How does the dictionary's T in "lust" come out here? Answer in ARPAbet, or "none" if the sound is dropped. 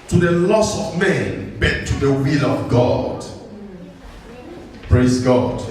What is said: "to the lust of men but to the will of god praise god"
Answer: none